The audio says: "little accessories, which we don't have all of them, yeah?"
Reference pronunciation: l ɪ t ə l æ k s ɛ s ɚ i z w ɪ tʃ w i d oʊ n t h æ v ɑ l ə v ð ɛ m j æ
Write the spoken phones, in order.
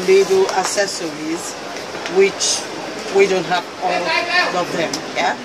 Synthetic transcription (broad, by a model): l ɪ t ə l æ s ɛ s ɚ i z w ɪ tʃ w i d oʊ n t h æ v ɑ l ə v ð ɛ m j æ